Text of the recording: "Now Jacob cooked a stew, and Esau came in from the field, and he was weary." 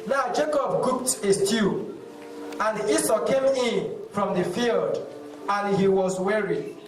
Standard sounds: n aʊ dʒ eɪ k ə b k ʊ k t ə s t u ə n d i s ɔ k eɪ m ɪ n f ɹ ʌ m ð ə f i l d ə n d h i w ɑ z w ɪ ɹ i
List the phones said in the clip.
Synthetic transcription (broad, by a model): n aʊ dʒ eɪ k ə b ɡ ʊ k t ə s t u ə n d i s ɔ k eɪ m ɪ n f ɹ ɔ m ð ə f i l d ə n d h i w ɑ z w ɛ ɹ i